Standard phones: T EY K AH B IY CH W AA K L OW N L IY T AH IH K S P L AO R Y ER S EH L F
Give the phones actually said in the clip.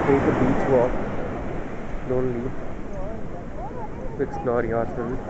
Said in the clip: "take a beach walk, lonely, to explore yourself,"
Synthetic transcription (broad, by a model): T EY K AH B IY CH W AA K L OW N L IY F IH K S L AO R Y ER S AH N